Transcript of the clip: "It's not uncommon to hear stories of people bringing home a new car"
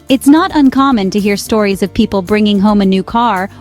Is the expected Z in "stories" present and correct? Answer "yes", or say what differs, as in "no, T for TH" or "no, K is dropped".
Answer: yes